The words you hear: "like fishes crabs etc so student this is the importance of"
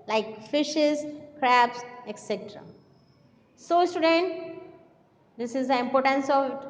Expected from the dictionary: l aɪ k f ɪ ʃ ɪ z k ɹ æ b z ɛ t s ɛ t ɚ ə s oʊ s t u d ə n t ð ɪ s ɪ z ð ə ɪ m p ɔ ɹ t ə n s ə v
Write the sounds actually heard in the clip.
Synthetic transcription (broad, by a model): l aɪ k f ɪ ʃ ɪ z k ɹ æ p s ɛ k s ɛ t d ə s oʊ s t u d ə n t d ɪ s ɪ z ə ɪ m p ɔ ɹ t ə n s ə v